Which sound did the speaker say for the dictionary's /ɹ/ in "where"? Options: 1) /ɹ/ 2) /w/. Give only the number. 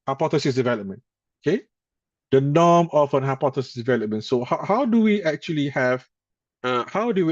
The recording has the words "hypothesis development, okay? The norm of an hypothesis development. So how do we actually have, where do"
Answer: 2